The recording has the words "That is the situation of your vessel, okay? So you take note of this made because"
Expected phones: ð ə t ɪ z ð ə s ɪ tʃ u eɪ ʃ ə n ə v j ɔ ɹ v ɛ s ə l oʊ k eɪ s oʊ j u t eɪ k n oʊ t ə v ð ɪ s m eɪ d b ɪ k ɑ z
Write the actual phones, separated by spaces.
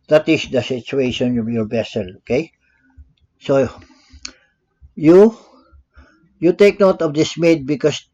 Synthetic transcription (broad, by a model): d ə t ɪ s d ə s ɪ tʃ u eɪ ʃ ə n ə v j ɔ ɹ b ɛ s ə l oʊ k eɪ s oʊ j u t eɪ k n oʊ t ə v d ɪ s m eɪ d b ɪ k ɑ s